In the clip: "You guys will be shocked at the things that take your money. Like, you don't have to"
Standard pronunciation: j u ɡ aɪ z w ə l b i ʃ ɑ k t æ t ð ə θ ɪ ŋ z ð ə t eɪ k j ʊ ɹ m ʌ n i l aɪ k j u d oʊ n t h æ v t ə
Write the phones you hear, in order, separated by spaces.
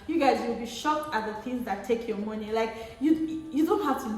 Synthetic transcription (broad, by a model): j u ɡ aɪ z w ə l b i ʃ ɑ k t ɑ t ð ə θ ɪ ŋ z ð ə t eɪ k j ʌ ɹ m ʌ n i l aɪ k j u d oʊ n t h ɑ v t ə